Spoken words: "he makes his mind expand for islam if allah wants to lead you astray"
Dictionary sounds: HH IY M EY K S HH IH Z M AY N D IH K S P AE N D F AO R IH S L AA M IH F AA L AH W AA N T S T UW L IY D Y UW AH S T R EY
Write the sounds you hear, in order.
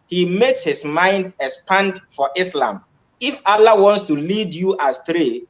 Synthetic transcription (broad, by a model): HH IY M EY K S HH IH S M AY N D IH K S P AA N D F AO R IH S L AA M IH F AA L AH W AA N T S T UW L IY D Y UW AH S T R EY